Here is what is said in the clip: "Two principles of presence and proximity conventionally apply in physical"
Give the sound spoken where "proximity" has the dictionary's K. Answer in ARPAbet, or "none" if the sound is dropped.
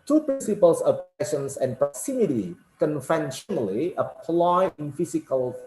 none